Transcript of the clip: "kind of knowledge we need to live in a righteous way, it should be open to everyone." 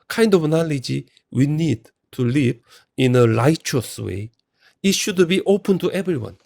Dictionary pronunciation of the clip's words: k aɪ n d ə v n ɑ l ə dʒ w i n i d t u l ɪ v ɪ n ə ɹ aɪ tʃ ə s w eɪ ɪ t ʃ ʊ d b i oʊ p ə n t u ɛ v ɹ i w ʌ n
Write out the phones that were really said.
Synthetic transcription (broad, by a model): k aɪ n d ə v n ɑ l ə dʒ w i n i d t u l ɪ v ɪ n ə l aɪ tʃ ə s w eɪ ɪ t ʃ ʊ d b i oʊ p ə n t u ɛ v ɹ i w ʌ n